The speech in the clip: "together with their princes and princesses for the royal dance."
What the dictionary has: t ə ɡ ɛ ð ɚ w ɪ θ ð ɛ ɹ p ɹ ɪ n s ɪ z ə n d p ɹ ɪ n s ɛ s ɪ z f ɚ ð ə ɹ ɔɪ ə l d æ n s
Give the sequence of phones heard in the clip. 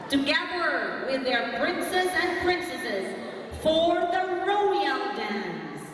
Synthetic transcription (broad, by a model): t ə ɡ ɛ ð ɚ w ɪ ð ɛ ɹ p ɹ ɪ n s ɪ z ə n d p ɹ ɪ n s ɛ s ɪ z f ɚ ð ə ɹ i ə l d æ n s